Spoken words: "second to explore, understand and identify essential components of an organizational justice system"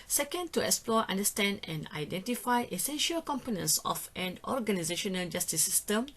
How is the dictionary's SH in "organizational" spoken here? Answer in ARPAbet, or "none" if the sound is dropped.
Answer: SH